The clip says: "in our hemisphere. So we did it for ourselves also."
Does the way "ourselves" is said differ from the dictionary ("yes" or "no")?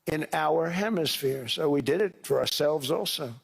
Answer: no